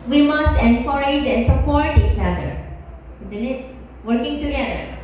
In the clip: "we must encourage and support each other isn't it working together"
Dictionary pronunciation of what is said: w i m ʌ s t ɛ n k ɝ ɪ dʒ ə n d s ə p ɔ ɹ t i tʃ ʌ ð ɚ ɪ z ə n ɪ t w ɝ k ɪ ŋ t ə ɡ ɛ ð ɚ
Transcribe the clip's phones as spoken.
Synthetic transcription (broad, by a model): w i m ʌ s t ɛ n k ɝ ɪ dʒ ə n s ə p ɔ ɹ t i tʃ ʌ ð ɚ ɪ z ə n ɪ t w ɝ k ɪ ŋ t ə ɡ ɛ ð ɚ